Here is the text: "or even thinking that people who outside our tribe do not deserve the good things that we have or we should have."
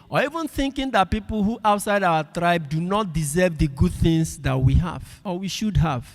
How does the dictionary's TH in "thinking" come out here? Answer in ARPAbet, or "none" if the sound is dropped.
TH